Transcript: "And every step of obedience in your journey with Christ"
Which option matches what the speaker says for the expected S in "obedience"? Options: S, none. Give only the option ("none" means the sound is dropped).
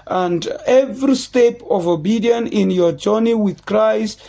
none